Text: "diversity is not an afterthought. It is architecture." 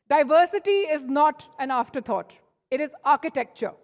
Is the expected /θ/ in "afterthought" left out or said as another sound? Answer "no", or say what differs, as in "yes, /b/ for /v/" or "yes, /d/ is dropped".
yes, /t/ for /θ/